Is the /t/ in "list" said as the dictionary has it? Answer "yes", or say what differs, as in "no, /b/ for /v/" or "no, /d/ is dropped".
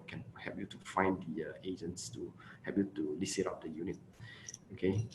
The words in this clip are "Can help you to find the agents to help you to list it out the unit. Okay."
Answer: no, /t/ is dropped